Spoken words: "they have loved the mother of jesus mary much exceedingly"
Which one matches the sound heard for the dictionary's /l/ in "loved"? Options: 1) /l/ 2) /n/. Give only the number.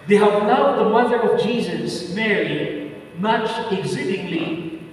2